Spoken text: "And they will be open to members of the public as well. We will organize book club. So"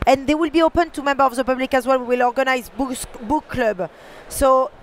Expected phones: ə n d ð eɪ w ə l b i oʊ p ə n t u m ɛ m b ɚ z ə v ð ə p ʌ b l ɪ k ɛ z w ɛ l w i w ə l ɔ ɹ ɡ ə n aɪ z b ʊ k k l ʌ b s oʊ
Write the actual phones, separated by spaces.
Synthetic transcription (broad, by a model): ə n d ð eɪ w ə l b i oʊ p ə n t u m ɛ m b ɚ ə v ð ə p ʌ b l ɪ k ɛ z w ɛ l w i w ə l ɔ ɹ ɡ ə n aɪ z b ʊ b k l ʌ b s oʊ